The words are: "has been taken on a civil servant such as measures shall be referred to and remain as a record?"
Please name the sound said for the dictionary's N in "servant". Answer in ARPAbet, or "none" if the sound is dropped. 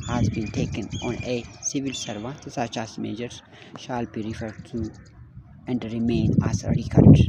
none